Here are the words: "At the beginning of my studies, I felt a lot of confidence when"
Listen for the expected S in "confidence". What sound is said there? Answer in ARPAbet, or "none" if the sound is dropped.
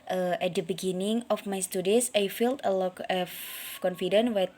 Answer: none